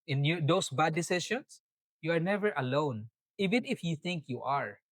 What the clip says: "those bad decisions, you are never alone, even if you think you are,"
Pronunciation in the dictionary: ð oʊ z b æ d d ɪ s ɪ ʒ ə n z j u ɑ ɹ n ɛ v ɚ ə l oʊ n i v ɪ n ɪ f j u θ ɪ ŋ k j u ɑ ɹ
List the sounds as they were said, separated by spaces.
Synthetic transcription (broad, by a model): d oʊ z b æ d d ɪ s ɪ ʃ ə n s j u ɑ ɹ n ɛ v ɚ ə l oʊ n i v ɪ n ɪ f j u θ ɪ ŋ k j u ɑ ɹ